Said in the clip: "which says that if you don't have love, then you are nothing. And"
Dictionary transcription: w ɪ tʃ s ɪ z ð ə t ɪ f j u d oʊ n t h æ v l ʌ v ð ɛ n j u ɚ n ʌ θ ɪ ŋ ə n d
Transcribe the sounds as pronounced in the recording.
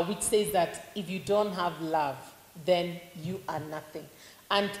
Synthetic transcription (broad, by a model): w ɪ tʃ s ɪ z ð ə t ɪ f j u d oʊ n t h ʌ v l ʌ v ð ɛ n j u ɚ n ʌ θ ɪ ŋ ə n